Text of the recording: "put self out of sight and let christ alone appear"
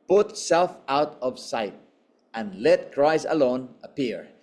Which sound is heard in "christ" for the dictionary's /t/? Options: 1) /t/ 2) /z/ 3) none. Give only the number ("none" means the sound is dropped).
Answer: 3